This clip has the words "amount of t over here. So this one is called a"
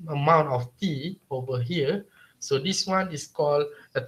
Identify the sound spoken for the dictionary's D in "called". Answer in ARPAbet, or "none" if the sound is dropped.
none